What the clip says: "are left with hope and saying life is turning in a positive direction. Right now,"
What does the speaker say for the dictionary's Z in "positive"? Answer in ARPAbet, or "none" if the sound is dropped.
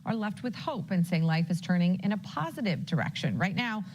Z